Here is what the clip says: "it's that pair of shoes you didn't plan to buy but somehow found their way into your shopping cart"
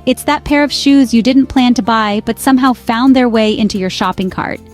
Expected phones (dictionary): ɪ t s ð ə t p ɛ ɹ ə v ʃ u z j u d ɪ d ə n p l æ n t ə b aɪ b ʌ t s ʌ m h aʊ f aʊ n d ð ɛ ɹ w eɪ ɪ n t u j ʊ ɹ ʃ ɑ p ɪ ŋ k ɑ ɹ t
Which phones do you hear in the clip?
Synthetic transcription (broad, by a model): ɪ t s ð ə t p ɛ ɹ ə v ʃ u z j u d ɪ d n p l æ n t ə b aɪ b ʌ t s ʌ m h aʊ f aʊ n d ð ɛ ɹ w eɪ ɪ n t u j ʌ ɹ ʃ ɑ p ɪ ŋ k ɑ ɹ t